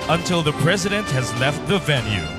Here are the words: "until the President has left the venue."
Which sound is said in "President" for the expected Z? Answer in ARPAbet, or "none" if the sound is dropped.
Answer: Z